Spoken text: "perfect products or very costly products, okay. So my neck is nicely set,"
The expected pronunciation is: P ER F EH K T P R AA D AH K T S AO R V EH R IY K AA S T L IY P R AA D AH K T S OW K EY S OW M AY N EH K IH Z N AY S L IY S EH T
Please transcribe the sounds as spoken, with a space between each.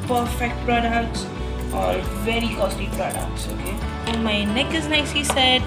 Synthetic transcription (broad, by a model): P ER F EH K T P R AA D AH K T S AO R V EH R IY K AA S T IY P R AA D AH K T S OW K EY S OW M AY N EH K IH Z N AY S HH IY S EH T